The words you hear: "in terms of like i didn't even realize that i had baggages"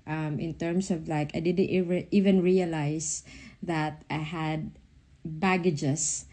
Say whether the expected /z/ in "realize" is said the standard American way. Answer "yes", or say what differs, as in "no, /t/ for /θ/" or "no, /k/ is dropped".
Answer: no, /s/ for /z/